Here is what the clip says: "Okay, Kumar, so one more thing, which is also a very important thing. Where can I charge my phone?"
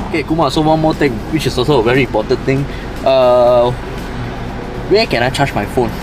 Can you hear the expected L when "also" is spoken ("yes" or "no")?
no